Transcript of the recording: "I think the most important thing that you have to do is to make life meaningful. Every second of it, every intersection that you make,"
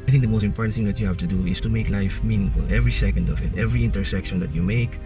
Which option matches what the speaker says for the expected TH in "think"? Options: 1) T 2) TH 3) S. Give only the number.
2